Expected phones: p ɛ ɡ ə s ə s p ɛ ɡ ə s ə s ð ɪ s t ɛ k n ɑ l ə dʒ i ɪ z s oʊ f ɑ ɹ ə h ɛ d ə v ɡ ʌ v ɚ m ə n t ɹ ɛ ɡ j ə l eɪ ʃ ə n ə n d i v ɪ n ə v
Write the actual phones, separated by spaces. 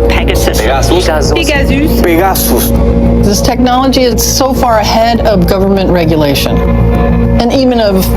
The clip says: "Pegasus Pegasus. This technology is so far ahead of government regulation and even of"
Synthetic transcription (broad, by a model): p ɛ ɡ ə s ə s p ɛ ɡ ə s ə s ð ɪ s t ɛ k n ɑ l ə dʒ i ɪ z s oʊ f ɑ ɹ ə h ɛ d ə v ɡ ʌ v ɚ m ə n t ɹ ɛ ɡ j ə l eɪ ʃ ə n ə n i v ɪ n ə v